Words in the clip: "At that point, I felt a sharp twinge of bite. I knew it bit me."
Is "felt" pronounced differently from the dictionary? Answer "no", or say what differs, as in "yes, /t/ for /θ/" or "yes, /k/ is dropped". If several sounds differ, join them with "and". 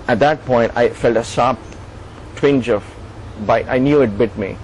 no